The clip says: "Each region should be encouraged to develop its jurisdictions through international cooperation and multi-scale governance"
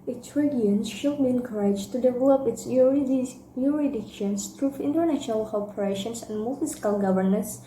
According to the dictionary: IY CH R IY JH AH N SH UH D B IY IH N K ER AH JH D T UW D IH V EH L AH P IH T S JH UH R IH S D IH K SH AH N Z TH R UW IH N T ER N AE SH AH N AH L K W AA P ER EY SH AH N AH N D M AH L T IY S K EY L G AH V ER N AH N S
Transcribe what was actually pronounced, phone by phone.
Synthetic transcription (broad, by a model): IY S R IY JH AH N SH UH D B IY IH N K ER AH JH T UW D IH V EH L AH P IH T S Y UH R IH D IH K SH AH N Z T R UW IH N T ER N AE SH AH N AH L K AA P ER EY SH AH N AH N D M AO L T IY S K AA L G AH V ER N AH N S